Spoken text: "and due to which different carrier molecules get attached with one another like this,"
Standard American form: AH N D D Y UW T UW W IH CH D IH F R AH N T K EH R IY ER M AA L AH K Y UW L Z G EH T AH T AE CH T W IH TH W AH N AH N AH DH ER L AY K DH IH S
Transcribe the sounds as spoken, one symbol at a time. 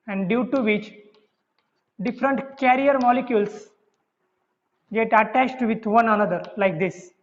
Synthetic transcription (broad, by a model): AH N D D Y UW T UW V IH CH D IH F R AH N T K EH R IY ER M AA L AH K Y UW L S G EH T AH T AE CH T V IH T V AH N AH N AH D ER L AY K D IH S